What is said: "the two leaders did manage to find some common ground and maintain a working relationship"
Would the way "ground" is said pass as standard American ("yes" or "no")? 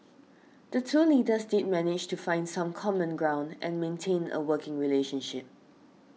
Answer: yes